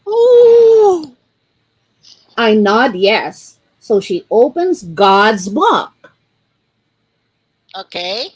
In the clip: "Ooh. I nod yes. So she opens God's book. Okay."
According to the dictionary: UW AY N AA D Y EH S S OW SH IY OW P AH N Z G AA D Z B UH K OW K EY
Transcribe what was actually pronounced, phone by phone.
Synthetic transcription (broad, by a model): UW AY N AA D Y EH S S OW SH IY OW P AH N Z G AA D Z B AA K OW K EY